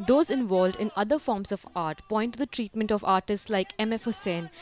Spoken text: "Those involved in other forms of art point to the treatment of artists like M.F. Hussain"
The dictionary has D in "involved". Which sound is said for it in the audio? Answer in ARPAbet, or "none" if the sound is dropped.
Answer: D